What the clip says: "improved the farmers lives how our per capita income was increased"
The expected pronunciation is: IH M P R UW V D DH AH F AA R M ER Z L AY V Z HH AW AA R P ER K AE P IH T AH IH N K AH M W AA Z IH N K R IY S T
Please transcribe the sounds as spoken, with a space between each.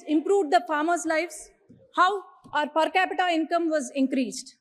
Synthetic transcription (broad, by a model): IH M P R UW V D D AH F AA R M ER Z L AY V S HH AW AA R P ER K AE P IH T AH IH N K AH M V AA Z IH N K R IY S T